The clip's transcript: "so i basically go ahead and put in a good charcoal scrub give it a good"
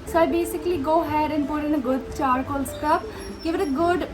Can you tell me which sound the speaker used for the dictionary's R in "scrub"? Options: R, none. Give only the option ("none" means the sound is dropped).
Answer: none